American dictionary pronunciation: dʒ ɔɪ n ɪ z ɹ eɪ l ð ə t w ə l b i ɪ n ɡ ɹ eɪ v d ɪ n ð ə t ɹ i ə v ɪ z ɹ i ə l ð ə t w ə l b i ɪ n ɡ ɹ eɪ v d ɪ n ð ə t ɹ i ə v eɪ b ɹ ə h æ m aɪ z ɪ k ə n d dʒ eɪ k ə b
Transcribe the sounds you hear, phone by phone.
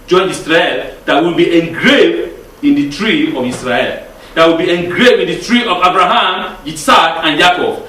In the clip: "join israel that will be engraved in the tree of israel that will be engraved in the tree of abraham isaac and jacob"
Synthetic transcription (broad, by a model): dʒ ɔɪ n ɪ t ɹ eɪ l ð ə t w ə l b i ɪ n ɡ ɹ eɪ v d ɪ n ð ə t ɹ i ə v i s ɹ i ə l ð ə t w ə l b i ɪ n ɡ ɹ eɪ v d ɪ n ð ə t ɹ i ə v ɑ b ɹ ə h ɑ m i s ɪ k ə n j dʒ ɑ k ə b